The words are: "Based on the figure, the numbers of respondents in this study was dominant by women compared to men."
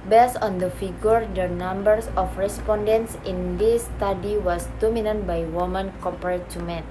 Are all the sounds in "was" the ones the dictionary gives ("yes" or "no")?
no